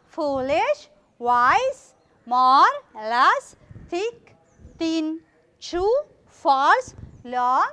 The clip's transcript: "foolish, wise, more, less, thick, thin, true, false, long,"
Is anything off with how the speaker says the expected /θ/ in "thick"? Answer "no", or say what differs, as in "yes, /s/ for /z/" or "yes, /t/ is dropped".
yes, /t/ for /θ/